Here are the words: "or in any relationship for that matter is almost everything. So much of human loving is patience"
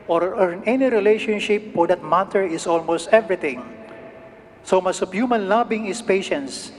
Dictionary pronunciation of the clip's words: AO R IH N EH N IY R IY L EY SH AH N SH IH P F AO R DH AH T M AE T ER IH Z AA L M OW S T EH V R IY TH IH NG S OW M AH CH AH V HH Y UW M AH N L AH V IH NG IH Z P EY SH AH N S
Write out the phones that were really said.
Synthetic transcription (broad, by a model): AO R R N EH N IY R IY L EY SH AH N SH IH P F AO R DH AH T M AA T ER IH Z AA L M OW S T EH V R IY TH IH NG S OW M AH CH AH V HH Y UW M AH N L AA B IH NG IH S P EY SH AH N S